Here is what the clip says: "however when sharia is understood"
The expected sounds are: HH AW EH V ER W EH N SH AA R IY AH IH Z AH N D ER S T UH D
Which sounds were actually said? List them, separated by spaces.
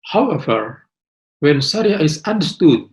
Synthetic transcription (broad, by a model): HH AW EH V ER W EH N S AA R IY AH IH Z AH N D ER S T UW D